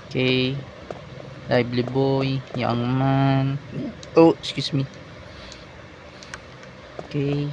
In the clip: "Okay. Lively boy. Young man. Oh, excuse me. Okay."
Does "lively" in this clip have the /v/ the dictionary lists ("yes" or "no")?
no